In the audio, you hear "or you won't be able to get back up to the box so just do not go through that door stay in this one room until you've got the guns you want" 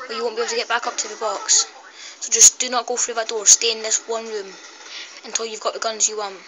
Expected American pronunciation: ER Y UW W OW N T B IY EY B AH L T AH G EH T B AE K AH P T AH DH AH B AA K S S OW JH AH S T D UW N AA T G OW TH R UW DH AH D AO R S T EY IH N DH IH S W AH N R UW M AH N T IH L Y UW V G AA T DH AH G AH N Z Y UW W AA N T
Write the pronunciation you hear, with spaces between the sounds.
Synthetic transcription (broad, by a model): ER Y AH W OW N B IY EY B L T AH G EH T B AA K AH P T AH DH AH B AA K S S OW JH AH S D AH N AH T G OW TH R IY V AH D AO R S T EY IH N DH IH S W AH N R UW M AH N T IH L Y UW V G AA T DH AH G AH N Z Y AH W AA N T